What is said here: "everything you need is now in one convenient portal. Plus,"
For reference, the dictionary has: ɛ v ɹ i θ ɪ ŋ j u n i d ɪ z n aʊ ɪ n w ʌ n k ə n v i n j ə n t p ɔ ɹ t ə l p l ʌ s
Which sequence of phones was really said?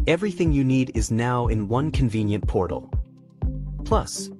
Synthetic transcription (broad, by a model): ɛ v ɹ i θ ɪ ŋ j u n i d ɪ z n aʊ ɪ n w ʌ n k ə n v i n j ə n p ɔ ɹ t l p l ʌ s